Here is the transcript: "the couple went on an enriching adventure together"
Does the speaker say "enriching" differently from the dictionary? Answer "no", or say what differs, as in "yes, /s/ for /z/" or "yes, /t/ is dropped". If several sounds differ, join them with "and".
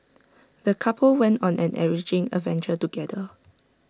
yes, /n/ is dropped